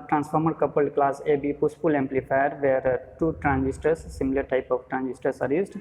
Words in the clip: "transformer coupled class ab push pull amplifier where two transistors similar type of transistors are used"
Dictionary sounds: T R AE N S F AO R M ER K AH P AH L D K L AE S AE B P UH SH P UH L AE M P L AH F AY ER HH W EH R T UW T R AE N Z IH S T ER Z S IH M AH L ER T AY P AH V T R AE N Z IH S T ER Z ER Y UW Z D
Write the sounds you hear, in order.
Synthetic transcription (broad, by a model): T R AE N S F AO R M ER K AH P AH L D K L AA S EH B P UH S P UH L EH M P L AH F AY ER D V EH R T UW T R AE N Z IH S T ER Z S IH M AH L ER T AY P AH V T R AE N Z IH S T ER S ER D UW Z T